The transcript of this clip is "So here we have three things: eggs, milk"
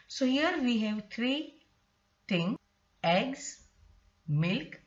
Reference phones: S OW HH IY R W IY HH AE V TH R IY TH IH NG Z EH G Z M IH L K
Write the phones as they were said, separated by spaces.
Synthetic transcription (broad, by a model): S OW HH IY R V IY HH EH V T R IY T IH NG EH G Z M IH L K